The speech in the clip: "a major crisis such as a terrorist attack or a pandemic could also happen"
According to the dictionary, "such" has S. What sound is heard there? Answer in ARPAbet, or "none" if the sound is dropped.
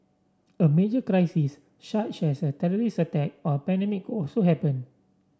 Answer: SH